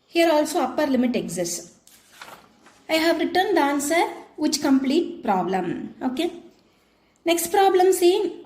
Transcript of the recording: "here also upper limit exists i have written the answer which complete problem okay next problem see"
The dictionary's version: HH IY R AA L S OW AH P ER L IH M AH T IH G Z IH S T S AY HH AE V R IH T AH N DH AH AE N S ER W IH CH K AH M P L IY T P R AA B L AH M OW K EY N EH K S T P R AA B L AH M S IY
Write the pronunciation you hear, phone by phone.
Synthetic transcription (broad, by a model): HH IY R AA L S OW AH P ER L IH M AH T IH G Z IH S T AY HH AE V R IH T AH N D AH N S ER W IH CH K AH M P L IY T P R AA B L AH M OW K EY N EH K S T P R AA B L AH M S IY